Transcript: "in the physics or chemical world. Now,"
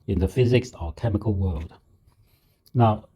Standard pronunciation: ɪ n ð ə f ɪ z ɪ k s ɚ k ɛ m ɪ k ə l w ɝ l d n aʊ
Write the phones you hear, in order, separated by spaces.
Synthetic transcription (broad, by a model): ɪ n ð ə f ɪ z ɪ k s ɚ k ɛ m ɪ k ə l w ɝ l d n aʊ